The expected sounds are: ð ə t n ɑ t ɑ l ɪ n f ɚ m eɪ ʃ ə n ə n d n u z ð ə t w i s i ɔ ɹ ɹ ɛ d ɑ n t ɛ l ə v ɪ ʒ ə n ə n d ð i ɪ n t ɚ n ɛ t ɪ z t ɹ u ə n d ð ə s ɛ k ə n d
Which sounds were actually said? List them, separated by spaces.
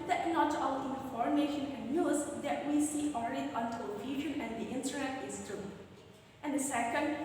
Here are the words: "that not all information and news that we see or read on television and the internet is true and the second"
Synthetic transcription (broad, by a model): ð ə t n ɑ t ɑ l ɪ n f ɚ m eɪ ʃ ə n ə n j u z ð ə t w i s i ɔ l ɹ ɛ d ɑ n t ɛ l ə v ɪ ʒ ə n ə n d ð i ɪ n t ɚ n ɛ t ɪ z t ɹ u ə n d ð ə s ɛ k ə n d